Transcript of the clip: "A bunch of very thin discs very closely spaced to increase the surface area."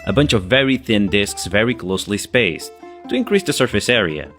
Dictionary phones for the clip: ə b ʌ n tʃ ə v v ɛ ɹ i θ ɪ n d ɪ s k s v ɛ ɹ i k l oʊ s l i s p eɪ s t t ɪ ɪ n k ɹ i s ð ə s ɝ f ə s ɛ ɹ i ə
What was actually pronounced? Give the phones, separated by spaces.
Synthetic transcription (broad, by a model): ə b ʌ n tʃ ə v v ɛ ɹ i θ ɪ n d ɪ s k s v ɛ ɹ i k l oʊ s l i s p eɪ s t t ɪ ɪ n k ɹ i s ð ə s ɝ f ə s ɛ ɹ i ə